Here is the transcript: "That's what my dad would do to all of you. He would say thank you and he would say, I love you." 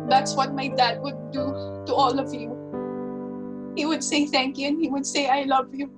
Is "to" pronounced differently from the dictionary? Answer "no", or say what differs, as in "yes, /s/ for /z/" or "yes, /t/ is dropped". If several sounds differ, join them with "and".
no